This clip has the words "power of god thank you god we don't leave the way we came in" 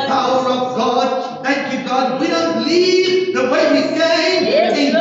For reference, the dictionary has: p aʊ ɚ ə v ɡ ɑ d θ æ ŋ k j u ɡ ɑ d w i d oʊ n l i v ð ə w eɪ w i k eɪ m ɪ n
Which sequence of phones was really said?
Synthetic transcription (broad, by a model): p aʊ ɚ ə v ɡ ɑ d θ æ ŋ k j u ɡ ɑ d w i d oʊ n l i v ð ə w eɪ w i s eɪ ɪ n